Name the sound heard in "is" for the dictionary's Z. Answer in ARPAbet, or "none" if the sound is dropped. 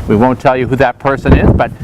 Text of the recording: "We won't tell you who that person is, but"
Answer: Z